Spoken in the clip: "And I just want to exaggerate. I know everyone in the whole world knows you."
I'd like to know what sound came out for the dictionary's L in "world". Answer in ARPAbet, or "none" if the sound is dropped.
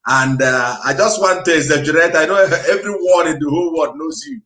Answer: none